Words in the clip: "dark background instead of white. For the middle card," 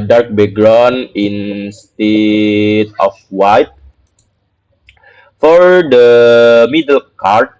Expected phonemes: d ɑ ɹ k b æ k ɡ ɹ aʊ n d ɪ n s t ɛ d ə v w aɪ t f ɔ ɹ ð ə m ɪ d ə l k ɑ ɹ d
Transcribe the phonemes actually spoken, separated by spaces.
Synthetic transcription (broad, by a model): d ɑ ɹ k b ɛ ɡ ɹ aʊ n ɪ n s t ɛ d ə f w aɪ t f ɔ ɹ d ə m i d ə l k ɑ ɹ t